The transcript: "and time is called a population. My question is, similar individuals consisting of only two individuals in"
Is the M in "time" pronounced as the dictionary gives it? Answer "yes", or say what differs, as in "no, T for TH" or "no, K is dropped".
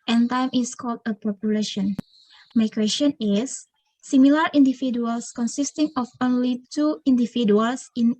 yes